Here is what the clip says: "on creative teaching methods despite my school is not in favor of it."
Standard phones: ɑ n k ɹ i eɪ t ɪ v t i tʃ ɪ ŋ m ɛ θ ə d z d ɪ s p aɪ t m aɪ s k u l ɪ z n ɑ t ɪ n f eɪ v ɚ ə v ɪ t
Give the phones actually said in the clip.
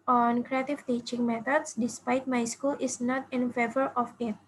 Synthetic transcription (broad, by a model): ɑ n k ɹ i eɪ t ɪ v t i tʃ ɪ ŋ m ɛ t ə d s d ɪ s p aɪ t m aɪ s k u l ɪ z n ɑ t ɪ n f eɪ v ɚ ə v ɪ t